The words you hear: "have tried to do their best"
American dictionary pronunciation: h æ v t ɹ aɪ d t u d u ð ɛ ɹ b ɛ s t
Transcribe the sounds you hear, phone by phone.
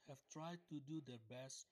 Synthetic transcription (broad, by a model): h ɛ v t ɹ aɪ d t u d u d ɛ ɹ b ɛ s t